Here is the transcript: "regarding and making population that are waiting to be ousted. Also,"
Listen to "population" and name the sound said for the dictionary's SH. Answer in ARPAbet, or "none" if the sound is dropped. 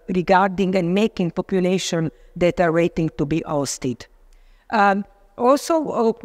SH